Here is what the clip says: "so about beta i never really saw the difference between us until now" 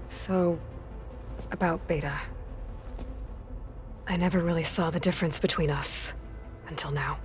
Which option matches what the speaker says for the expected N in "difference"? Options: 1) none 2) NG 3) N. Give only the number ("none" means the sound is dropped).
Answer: 3